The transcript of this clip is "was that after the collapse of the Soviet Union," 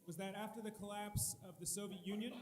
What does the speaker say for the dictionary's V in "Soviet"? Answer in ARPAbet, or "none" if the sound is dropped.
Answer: V